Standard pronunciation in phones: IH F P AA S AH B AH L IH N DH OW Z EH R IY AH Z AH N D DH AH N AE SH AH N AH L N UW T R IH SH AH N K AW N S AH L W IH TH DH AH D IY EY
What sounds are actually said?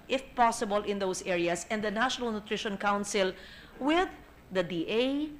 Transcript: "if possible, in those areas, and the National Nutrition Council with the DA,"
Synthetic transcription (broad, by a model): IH F P AA S AH B AH L IH N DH OW S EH R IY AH S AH N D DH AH N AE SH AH N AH L N UW T R IH SH AH N K AW N S AH L W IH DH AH D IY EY